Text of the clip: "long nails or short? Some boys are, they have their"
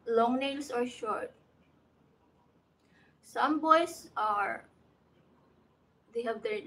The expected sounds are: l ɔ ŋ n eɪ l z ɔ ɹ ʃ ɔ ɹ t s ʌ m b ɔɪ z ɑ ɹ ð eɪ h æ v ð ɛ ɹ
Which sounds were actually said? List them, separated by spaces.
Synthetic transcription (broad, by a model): l ɔ ŋ n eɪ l s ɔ ɹ ʃ ɔ ɹ t s ʌ m b ɔɪ s ɑ ɹ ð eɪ h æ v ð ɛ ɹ